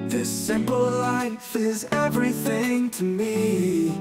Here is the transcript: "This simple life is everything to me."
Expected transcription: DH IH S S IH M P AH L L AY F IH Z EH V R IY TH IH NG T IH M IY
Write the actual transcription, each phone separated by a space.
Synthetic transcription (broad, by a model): DH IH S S IH M P L L AY F IH Z EH V R IY TH IH NG T IH M IY